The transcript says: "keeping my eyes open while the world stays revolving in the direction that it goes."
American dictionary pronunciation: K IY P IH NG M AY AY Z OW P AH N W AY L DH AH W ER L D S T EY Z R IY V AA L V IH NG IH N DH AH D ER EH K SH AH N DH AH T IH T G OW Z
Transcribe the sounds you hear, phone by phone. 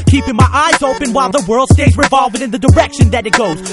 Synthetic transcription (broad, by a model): K IY P IH NG M AY AY Z OW P AH N W AY L DH AH W ER L D S T EY Z R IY V AA L V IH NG IH N DH AH D ER EH K SH AH N DH AH T IH T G OW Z